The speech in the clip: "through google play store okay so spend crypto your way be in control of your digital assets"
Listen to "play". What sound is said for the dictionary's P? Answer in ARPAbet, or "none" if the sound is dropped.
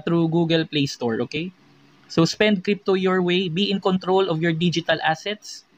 P